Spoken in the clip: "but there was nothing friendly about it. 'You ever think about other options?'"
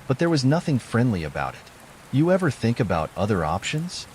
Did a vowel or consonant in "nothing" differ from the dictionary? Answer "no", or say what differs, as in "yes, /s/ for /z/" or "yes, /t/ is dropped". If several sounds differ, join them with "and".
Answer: no